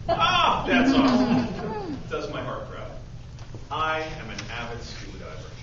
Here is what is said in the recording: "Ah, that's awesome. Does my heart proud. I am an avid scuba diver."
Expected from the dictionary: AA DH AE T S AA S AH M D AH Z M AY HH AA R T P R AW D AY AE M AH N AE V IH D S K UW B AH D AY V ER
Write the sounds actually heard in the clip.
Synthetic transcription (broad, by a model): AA DH AE T S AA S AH D AH Z M AY HH AA R T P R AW AY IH M AH N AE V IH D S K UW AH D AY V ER